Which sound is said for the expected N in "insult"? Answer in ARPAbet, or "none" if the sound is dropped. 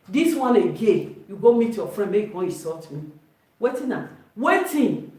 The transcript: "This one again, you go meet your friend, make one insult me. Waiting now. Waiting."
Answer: none